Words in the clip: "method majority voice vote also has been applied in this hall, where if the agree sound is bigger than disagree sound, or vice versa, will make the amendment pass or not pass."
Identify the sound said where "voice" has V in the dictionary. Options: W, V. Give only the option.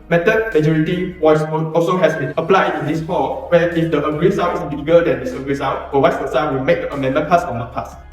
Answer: W